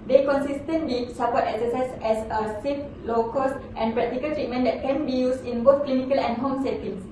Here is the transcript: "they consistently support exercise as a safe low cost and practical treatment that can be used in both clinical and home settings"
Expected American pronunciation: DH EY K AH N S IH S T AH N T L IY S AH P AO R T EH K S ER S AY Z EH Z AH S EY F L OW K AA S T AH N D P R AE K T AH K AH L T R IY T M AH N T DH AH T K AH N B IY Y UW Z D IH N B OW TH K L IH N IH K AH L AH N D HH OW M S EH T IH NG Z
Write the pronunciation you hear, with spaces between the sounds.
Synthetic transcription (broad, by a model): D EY K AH N S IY S T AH N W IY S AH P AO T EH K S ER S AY S EH S AH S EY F L OW K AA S T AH N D P R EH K T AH K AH L T R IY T M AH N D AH T K AH N B IY Y UW S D IH N B OW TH K L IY N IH K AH L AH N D HH OW M S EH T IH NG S